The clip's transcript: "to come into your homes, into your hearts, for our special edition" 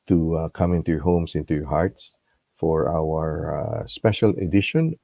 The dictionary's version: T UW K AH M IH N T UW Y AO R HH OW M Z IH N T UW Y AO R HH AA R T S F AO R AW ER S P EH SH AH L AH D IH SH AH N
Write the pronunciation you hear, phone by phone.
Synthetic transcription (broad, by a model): T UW K AH M IH N T UW Y AO R HH OW M S IH N T UW Y AO R HH AA R T S F AO R AW ER S P EH SH AH L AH D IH SH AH N